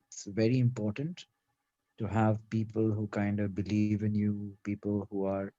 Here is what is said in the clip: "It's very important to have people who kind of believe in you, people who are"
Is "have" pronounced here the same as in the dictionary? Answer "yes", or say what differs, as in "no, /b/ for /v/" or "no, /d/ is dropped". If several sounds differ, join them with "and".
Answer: yes